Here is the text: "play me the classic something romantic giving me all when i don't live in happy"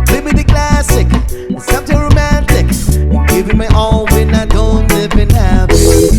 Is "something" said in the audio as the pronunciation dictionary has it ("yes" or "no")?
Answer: no